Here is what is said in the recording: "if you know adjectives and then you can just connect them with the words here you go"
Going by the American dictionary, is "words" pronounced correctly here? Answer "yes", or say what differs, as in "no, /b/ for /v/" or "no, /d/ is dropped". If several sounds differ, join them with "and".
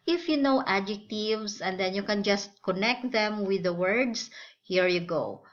no, /s/ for /z/